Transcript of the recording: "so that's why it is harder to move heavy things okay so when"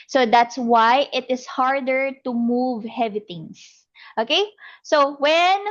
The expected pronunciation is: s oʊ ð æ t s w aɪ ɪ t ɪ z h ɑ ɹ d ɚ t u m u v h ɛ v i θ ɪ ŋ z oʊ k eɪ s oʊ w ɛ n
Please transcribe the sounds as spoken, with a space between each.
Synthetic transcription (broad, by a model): s oʊ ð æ t s w aɪ ɪ t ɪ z h ɑ ɹ d ɚ t u m u v h ɛ v i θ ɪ ŋ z oʊ k eɪ s oʊ w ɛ n